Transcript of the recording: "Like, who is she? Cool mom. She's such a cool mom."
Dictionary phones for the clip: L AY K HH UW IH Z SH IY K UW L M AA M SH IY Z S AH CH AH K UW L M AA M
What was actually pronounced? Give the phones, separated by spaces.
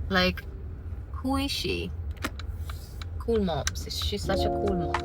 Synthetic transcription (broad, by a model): L AY K HH UW IH Z SH IY K UW L M AA M S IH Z S AH CH AH K UW L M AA